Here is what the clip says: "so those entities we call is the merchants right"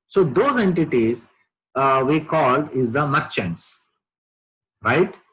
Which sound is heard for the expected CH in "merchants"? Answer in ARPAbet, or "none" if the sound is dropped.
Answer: CH